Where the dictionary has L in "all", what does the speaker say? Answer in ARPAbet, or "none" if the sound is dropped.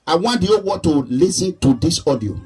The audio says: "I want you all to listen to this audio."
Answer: W